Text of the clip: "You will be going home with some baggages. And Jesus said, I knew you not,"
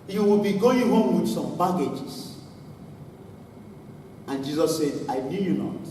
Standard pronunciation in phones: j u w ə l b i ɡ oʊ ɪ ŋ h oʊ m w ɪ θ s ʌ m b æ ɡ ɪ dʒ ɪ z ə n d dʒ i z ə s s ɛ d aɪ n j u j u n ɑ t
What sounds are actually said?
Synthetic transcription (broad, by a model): j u w ə l b i ɡ oʊ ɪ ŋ h oʊ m w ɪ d s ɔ m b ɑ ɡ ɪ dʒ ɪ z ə n dʒ i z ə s s ɛ d aɪ n j u j u n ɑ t